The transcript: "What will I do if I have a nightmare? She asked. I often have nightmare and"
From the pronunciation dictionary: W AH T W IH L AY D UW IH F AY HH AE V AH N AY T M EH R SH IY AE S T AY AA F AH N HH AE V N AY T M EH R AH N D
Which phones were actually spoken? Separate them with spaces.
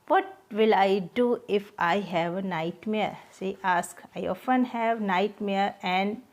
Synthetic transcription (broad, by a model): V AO T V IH L AY D UW IH F AY HH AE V AH N AY T M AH R S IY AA S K AY AA F AH N HH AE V N AY T M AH R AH N D